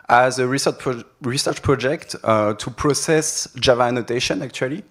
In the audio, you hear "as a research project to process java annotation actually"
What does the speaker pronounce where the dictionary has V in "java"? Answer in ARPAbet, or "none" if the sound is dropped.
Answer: V